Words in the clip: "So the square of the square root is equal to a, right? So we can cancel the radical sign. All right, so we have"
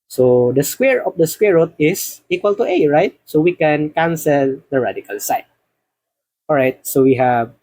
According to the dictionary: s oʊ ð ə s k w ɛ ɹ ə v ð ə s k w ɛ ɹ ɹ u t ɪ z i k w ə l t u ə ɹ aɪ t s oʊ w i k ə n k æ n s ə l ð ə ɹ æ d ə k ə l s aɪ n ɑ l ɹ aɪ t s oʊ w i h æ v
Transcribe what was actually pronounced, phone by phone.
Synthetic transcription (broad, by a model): s oʊ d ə s k w ɛ ɹ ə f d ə s k w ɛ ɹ ɹ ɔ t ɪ s i k w ə l t u ə ɹ aɪ t s oʊ w i k ə n k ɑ n s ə l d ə ɹ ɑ d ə k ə l s aɪ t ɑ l ɹ aɪ t s oʊ w i h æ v